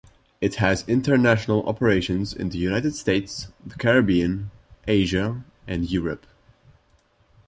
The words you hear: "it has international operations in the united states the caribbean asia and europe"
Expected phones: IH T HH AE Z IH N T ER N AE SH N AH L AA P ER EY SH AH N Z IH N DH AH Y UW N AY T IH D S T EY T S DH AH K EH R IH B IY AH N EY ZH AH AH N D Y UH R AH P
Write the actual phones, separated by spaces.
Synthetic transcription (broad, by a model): IH T HH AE Z IH N T ER N AE SH N AH L AA P ER EY SH AH N Z IH N DH AH Y UW N AY T IH D S T EY T S DH AH K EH R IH B IY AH N EY ZH AH AH N D Y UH R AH P